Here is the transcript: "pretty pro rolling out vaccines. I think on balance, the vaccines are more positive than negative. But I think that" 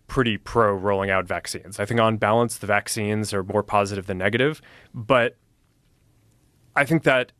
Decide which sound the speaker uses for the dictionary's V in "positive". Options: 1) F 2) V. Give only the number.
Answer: 2